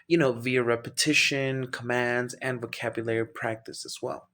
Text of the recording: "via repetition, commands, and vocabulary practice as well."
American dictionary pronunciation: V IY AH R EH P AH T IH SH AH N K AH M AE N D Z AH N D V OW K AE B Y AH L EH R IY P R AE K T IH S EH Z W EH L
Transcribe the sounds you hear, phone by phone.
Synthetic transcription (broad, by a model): V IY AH R EH P AH T IH SH AH N K AH M AE N D Z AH N V OW K AE B Y AH L EH R IY P R AE K T IH S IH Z W EH L